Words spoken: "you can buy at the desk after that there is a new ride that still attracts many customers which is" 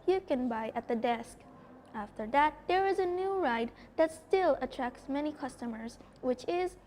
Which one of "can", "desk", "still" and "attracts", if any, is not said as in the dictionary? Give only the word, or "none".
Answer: none